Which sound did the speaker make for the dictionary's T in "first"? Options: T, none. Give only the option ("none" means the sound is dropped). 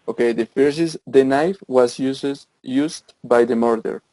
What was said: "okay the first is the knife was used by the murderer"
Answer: none